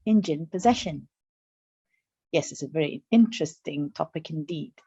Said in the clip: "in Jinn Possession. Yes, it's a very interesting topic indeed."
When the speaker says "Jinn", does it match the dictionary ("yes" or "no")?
yes